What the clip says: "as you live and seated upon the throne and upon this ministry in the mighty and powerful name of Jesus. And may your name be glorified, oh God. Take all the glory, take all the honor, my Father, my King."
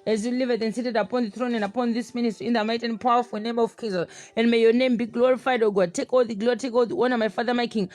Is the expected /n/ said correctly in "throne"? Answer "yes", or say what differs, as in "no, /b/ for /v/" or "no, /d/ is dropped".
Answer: yes